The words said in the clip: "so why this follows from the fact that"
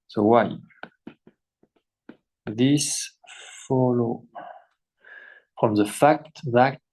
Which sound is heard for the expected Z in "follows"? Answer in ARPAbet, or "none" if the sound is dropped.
none